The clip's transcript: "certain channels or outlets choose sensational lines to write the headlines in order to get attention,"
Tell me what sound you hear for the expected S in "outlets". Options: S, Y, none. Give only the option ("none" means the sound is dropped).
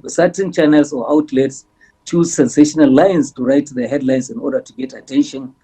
S